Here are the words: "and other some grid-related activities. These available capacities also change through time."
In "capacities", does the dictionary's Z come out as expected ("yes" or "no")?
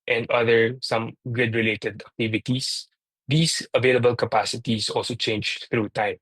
no